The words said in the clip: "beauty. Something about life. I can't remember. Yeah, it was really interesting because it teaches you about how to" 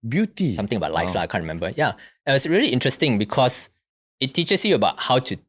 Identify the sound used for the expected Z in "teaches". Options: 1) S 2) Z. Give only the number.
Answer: 1